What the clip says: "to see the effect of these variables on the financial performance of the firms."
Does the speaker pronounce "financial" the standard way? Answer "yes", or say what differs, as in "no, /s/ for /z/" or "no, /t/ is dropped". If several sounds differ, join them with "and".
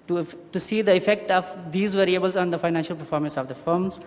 yes